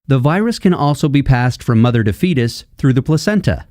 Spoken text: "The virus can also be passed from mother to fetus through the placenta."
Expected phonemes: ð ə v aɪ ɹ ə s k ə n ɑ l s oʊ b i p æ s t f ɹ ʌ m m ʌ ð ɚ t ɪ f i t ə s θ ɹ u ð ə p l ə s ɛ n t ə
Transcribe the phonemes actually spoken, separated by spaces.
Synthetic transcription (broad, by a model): ð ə v aɪ ɹ ə s k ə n ɑ l s oʊ b i p æ s t f ɹ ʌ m m ʌ ð ɚ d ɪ f i t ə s θ ɹ u ð ə p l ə s ɛ n t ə